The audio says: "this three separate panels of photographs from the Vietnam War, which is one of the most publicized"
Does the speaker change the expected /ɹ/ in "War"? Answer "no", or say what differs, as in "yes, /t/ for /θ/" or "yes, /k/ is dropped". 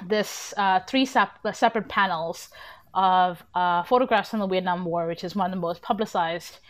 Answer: no